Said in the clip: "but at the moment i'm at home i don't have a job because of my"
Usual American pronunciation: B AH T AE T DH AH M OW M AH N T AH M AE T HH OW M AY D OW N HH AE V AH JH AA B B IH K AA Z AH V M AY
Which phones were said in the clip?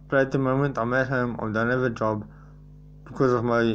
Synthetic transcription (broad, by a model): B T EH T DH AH M OW M AH N T AH M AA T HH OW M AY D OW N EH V AH JH AA B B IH K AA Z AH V M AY